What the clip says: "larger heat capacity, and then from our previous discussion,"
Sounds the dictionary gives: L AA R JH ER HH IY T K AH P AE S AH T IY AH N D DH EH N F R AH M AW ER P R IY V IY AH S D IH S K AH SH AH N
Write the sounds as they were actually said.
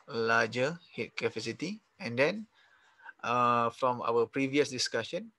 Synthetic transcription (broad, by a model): L AA JH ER HH IY T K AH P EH S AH T IY AH N D EH N F R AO M AW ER P R IY V IY AH S D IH S K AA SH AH N